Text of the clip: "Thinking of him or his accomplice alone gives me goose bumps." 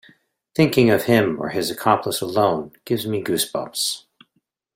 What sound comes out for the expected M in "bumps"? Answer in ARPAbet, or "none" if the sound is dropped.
none